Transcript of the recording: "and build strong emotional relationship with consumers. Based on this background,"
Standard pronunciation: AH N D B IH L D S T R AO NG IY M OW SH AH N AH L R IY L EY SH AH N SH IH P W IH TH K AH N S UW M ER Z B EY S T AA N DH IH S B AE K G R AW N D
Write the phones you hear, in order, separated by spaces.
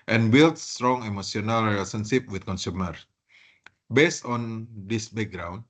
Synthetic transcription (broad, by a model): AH N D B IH L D S T R AO NG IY M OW S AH N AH L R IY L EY S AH N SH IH P W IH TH K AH N S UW M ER S B EY S T AA N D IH S B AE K G R AW N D